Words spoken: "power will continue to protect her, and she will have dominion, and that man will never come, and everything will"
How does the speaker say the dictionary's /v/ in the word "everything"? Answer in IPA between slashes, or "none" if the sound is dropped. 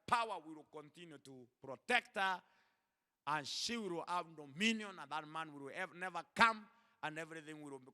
/v/